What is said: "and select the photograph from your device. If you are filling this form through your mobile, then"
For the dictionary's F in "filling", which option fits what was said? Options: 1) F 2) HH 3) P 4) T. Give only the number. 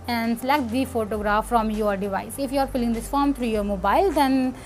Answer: 3